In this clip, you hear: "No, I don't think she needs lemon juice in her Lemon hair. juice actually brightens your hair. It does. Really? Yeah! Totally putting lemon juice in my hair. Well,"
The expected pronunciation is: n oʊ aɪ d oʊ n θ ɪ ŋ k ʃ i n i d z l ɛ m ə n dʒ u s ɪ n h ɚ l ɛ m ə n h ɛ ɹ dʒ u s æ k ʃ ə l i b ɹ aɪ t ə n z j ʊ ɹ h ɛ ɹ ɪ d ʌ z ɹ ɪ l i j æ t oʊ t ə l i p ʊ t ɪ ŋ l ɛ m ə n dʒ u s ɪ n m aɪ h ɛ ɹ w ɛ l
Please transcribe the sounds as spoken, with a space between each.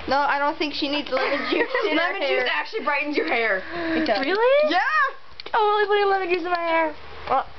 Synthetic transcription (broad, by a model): n oʊ aɪ d oʊ n θ ɪ ŋ k ʃ i n i d z l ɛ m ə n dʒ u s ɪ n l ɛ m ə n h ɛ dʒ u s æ k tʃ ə l i b ɹ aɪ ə n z j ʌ ɹ h ɛ ɹ ɪ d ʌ ɹ ɪ l i j æ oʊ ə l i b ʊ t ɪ l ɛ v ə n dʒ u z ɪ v m aɪ h ɛ ɹ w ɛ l